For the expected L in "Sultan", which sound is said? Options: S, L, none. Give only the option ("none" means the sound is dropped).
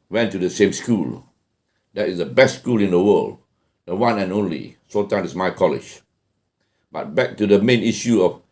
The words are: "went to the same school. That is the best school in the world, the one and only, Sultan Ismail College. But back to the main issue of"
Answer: none